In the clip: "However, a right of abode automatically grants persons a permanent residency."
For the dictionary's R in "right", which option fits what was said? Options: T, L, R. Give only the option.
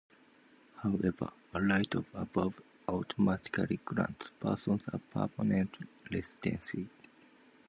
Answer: L